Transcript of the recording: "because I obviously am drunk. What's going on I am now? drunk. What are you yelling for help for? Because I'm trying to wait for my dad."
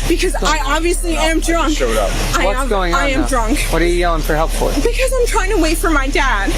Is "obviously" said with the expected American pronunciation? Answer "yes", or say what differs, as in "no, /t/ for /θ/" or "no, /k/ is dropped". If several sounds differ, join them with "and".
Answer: yes